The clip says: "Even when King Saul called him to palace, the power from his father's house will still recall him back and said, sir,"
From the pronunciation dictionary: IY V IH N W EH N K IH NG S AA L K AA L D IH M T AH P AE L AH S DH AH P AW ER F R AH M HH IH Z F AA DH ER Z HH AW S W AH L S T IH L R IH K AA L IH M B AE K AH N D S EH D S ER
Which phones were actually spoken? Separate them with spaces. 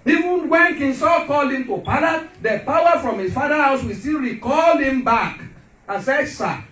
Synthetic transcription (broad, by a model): IY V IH N W EH N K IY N S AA K AA L IH M T AH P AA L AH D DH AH P AW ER F R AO M HH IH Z F AA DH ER HH AW S W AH S T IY L R IH K AA L IH M B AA K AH N S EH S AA